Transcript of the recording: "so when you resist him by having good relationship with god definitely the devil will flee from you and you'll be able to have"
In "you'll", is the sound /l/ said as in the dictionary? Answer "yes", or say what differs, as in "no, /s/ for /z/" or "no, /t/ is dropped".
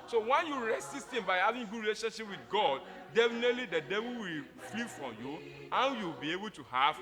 no, /w/ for /l/